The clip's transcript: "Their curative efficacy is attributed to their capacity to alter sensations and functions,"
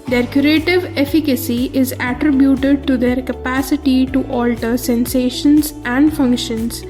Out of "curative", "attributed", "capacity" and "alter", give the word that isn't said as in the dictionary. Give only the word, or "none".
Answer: none